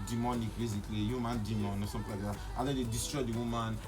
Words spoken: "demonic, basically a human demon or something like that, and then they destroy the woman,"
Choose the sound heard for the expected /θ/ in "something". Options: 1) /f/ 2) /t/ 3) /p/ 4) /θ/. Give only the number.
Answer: 2